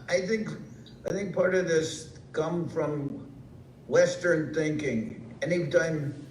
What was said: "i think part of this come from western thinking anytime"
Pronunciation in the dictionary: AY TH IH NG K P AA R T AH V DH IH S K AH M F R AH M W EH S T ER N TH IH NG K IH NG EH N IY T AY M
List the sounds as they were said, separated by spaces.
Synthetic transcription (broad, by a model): AY TH IH NG K P AA R T AH V DH IH S K AH M F R AH M W EH S T ER N TH IH NG K IH NG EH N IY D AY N